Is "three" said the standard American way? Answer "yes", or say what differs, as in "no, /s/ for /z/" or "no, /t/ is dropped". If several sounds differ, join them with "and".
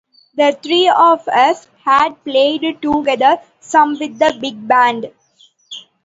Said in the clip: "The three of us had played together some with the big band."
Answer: no, /t/ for /θ/